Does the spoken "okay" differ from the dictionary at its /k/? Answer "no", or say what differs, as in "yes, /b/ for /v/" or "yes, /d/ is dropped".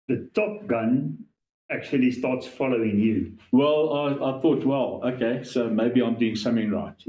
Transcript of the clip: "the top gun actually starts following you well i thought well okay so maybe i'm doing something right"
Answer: no